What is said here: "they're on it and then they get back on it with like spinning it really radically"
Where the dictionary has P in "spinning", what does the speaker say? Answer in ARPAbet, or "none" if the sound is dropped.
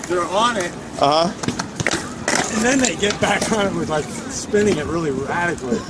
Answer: P